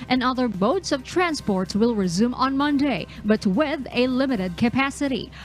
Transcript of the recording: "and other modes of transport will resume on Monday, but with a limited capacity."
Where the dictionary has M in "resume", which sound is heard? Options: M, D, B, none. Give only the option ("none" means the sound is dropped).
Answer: M